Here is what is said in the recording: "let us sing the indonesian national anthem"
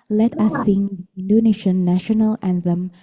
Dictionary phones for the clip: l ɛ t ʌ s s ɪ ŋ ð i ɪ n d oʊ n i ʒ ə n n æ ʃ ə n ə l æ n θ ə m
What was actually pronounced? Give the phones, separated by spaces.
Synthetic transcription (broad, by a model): l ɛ t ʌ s s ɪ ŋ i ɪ n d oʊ n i ʃ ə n n æ ʃ ə n ə l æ n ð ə m